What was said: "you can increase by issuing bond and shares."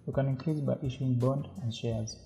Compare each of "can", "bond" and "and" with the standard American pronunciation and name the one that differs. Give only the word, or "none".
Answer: none